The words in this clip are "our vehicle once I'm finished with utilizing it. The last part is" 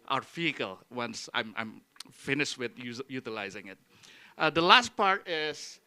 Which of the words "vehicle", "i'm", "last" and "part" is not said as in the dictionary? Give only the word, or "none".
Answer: vehicle